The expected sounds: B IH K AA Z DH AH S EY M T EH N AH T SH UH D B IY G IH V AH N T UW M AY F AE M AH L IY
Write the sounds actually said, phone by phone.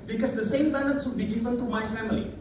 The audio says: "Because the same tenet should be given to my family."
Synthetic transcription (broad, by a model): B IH K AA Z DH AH S EY M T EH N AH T S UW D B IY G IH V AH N T UW M AY F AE M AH L IY